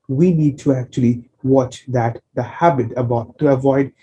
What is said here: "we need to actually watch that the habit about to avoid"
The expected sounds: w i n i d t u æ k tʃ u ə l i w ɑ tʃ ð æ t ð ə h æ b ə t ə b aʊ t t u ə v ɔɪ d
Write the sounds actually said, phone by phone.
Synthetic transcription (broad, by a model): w i n i d t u æ k tʃ u ə l i w ɑ tʃ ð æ t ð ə h æ b ə t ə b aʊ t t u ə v ɔɪ d